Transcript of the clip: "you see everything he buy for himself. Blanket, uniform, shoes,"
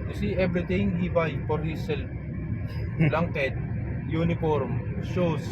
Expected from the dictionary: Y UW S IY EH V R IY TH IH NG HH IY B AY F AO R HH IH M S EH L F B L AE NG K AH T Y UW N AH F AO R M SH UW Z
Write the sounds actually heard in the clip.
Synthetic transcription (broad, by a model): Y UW S IY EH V R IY T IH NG HH IY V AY F AO R HH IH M S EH L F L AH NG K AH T Y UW N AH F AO R M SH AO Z